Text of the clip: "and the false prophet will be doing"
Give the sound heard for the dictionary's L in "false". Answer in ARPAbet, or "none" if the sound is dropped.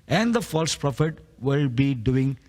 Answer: L